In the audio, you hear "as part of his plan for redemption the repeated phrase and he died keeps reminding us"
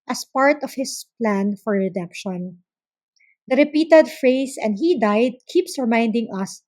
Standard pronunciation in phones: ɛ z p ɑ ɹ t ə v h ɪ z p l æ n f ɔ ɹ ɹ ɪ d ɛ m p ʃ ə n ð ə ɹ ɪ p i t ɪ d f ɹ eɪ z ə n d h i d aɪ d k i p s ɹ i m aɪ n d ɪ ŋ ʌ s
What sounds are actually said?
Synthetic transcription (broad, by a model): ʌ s p ɑ ɹ t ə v h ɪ s p l æ n f ɔ ɹ ɹ ɪ d ɛ m p ʃ ə n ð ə ɹ ɪ p i t ɪ d f ɹ eɪ s ə n d h i d aɪ d k i p s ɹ m aɪ n d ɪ ŋ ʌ s